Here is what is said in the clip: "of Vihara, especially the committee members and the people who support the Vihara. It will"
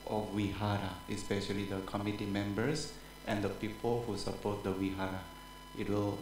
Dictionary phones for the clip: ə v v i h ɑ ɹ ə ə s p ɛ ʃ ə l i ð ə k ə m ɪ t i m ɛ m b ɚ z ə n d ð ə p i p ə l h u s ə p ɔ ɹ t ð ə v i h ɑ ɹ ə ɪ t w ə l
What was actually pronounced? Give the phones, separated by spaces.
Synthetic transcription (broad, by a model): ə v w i h ɑ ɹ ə ə s p ɛ ʃ ə l i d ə k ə m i t i m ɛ m b ɚ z ə n d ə p i p ə l h u s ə p ɔ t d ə w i h ɑ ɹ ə ɪ t w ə l